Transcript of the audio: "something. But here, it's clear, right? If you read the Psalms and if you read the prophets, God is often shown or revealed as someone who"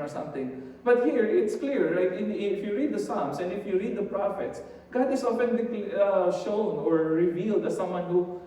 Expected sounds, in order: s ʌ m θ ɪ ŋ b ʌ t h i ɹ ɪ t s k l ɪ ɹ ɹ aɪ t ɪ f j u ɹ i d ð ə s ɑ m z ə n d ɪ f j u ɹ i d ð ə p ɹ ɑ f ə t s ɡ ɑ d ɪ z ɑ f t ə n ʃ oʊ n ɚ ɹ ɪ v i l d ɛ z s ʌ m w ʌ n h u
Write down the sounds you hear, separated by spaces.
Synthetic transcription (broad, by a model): s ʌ m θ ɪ ŋ b ʌ t h i ɹ ɪ t s k l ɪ ɹ l aɪ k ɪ f j u ɹ i d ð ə s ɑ m s ə n d ɪ f j u ɹ i d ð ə p ɹ ɑ f ə t s ɡ ɑ d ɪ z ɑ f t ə l ʃ oʊ n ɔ ɹ ɪ v i l d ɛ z s ʌ m w ʌ n h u